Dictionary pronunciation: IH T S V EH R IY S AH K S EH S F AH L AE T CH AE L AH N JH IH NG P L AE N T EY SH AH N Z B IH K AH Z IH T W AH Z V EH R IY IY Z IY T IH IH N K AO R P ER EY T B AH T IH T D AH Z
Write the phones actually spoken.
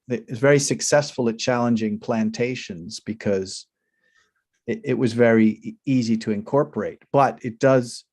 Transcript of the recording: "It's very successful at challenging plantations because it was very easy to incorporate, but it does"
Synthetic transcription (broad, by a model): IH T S V EH R IY S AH K S EH S F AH L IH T CH AE L AH N JH IH NG P L AE N T EY SH AH N Z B IH K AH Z IH T W AH Z V EH R IY IY Z IY T IH IH N K AO R P ER EY T B AH T IH T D AH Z